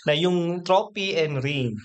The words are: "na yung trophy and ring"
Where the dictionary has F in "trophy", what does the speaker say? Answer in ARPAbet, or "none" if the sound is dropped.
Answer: P